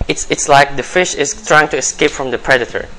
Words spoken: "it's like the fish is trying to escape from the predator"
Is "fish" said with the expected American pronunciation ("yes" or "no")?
yes